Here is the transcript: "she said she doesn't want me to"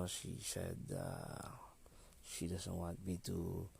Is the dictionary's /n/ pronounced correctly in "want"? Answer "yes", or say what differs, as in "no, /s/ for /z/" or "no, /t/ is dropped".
no, /n/ is dropped